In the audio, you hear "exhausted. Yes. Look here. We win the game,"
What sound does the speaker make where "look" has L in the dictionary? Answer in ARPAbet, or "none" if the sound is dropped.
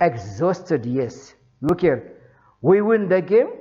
N